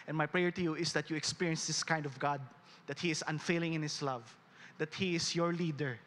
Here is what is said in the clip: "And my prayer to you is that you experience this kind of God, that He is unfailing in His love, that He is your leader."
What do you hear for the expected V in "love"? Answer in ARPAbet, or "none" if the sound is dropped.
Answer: V